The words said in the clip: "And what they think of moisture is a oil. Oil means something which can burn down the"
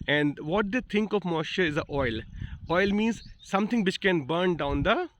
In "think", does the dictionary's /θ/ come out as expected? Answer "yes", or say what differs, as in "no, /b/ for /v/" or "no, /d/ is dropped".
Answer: no, /t/ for /θ/